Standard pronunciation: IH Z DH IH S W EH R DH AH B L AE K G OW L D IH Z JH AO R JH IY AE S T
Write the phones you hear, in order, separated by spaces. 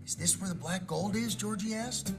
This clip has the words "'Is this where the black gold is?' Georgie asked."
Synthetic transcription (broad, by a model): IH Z DH IH S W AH R DH AH B L AE K G OW L D IH Z JH AO R JH IY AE S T